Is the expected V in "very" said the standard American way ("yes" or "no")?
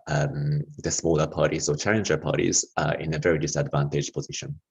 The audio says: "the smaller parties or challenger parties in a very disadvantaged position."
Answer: yes